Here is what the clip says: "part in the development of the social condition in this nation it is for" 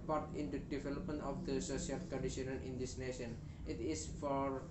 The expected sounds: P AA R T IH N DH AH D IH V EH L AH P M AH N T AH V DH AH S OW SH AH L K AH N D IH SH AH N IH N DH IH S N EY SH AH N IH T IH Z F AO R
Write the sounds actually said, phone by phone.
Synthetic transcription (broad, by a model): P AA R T IH N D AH D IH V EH L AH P M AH N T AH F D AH S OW S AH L K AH N D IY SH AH N IH N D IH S N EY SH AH N IH T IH S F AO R